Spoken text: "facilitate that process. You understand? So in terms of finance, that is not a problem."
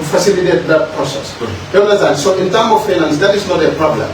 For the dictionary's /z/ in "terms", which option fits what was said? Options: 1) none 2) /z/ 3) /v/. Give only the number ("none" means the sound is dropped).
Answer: 1